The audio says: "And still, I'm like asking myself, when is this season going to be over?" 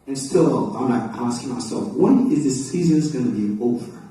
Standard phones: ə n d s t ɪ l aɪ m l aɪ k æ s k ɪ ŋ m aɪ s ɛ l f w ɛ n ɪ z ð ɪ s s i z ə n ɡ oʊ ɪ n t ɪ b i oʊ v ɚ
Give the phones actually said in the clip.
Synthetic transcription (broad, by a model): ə n s t ɪ l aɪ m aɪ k æ s k ɪ ŋ m aɪ s ɛ l f w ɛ n ɪ z ð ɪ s s i z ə n ɡ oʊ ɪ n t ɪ b i oʊ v ɚ